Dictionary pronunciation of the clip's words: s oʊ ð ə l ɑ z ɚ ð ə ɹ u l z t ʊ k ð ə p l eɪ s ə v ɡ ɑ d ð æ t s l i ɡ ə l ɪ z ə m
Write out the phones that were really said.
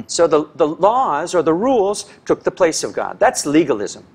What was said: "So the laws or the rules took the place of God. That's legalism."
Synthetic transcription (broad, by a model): s oʊ ð ə l ɑ z ɚ ð ə ɹ u l z t ʊ k ð ə p l eɪ s ə v ɡ ɑ d ð æ t s l i ɡ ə l ɪ z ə m